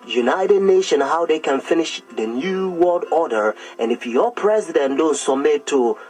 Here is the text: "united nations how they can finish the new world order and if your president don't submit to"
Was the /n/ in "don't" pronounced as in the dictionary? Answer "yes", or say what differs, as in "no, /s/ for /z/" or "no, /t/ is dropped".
yes